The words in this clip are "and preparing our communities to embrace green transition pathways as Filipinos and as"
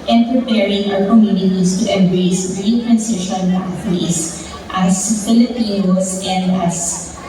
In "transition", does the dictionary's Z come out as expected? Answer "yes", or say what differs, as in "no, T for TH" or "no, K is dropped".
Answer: no, S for Z